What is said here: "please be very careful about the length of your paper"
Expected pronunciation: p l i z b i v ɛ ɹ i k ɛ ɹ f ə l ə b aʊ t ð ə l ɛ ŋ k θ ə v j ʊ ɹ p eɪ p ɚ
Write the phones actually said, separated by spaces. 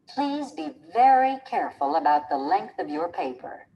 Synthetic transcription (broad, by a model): p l i z b i v ɛ ɹ i k ɛ ɹ f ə l ə b aʊ t ð ə l ɛ ŋ k θ ə v j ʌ ɹ p eɪ p ɚ